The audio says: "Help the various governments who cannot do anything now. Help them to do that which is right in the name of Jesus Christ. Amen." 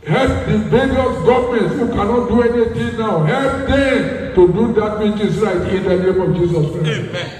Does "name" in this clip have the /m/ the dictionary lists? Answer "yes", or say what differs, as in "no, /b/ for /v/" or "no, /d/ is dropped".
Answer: yes